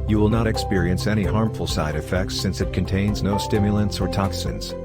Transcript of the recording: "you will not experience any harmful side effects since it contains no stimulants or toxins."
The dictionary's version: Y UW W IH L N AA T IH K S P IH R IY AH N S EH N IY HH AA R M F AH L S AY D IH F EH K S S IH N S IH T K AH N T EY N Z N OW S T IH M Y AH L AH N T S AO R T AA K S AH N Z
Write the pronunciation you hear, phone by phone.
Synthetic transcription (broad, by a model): Y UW W IH L N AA T IH K S P IH R IY AH N S EH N IY HH AA R M F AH L S AY D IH F EH K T S IH N S IH T K AH N T EY N Z N OW S T IH M Y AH L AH N S AO R T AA K S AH N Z